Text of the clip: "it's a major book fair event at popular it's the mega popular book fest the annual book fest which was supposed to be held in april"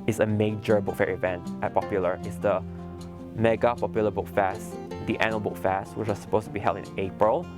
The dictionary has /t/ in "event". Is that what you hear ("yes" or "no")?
yes